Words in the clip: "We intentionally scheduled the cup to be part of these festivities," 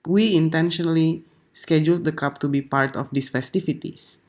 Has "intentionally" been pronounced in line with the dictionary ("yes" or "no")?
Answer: yes